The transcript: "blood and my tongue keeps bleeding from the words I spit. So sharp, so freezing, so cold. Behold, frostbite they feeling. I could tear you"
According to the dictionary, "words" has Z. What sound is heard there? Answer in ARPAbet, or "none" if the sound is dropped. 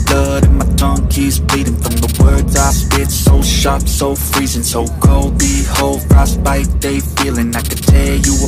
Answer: Z